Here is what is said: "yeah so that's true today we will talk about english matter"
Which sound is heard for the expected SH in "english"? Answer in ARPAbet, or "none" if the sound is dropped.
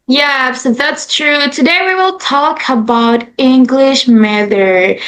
SH